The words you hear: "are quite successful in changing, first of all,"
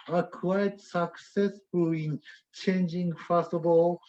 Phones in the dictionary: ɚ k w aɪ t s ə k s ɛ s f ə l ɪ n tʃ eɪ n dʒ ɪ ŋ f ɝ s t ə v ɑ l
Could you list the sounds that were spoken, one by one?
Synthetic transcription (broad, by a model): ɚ k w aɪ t s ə k s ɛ s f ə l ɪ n tʃ eɪ n dʒ ɪ ŋ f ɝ s ə b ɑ l